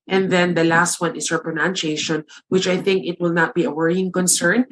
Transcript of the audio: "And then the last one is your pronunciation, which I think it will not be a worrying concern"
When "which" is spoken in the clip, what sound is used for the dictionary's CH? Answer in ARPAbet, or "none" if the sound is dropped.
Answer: CH